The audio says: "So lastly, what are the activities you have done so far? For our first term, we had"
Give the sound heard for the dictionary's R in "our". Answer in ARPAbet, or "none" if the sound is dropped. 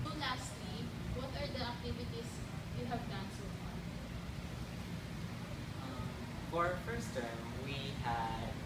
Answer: R